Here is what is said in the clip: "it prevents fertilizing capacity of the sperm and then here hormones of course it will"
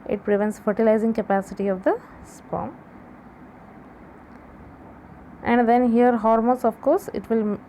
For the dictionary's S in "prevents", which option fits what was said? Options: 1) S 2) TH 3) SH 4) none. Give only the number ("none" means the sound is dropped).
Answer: 1